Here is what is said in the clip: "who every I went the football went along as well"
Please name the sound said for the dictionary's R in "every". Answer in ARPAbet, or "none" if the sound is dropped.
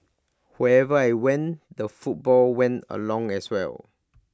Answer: none